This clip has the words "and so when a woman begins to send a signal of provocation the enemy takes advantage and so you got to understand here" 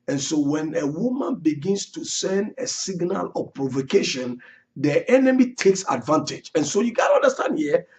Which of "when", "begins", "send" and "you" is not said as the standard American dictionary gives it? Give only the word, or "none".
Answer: begins